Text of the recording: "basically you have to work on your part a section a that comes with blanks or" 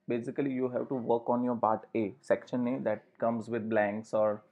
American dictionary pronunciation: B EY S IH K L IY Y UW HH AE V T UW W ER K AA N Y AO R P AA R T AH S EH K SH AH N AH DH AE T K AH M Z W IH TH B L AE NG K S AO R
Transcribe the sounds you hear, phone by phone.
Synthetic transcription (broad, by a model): B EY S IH K L IY Y UW HH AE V T UW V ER K AA N Y AO R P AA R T AH S EH K SH AH N AH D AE T K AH M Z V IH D B L AE NG K S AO R